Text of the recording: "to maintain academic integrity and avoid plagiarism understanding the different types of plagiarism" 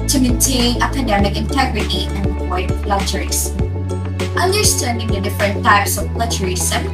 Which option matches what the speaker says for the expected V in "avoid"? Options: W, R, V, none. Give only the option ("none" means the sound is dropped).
none